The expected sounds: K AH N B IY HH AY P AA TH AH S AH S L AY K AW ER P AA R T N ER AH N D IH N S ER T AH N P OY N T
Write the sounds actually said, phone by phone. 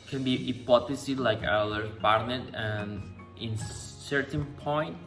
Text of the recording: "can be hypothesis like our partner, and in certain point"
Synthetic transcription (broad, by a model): K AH N B IY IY P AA T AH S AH L AY K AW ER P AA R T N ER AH N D IH N S ER T AH N P OY N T